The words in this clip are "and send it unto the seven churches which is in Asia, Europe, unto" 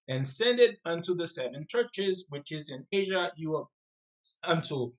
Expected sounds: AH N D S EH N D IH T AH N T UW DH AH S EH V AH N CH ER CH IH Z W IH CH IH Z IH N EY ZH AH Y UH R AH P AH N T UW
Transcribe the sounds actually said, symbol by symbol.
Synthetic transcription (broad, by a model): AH N S EH N D IH T AH N T UW DH AH S EH V AH N CH ER CH IH Z W IH CH IH Z IH N EY ZH AH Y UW AH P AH N T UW